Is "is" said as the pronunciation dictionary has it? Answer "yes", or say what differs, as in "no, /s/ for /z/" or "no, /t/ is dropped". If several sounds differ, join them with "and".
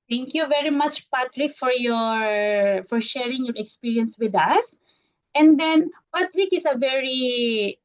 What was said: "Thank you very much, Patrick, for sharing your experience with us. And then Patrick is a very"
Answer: no, /s/ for /z/